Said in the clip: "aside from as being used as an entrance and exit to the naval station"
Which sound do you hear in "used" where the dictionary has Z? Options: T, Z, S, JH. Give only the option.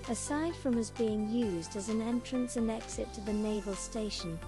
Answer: Z